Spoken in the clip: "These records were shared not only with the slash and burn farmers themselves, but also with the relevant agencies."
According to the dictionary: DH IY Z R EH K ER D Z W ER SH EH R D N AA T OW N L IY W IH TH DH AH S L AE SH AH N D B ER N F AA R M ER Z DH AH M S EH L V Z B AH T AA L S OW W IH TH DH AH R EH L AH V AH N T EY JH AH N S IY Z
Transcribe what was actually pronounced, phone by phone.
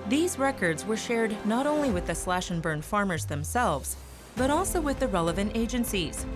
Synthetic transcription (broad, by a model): DH IY Z R EH K ER D Z W ER SH EH R D N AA T OW N L IY W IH DH AH S L AE SH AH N B ER N F AA R M ER Z DH AH M S EH L V Z B AH T AA L S OW W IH DH AH R EH L AH V AH N T EY JH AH N S IY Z